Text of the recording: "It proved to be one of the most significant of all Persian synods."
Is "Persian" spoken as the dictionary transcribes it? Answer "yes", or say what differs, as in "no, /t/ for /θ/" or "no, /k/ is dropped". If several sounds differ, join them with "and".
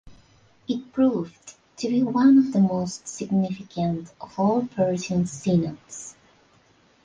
no, /s/ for /ʒ/